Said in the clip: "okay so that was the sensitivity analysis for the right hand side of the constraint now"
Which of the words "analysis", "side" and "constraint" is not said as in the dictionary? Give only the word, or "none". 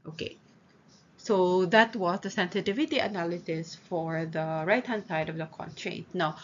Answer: constraint